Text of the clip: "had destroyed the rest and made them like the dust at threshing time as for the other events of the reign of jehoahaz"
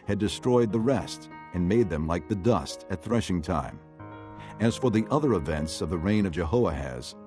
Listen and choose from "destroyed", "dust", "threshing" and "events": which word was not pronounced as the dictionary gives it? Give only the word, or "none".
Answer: none